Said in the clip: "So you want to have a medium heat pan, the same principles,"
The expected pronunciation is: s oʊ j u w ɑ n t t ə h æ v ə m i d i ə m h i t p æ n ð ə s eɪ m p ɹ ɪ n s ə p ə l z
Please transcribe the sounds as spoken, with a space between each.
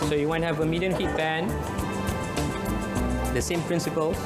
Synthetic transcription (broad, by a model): s oʊ j u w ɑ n h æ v ə m i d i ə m h i t b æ n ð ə s eɪ m p ɹ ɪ n s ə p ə l